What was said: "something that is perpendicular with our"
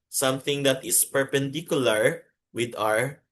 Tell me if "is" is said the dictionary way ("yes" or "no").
no